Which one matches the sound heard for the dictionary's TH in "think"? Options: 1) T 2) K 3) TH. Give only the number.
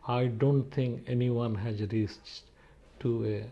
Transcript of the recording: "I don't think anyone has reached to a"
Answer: 1